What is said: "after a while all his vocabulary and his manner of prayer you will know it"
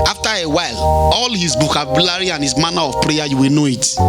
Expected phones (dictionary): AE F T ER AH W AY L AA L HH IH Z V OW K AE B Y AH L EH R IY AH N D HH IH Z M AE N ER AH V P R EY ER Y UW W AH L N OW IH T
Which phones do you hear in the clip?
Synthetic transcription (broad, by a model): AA F T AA AH W AY L AA L HH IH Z B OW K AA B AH L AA R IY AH N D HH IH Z M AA N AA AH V P R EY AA Y UW W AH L N OW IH T